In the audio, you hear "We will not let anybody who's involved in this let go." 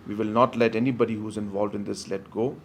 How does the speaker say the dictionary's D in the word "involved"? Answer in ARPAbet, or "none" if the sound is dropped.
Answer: D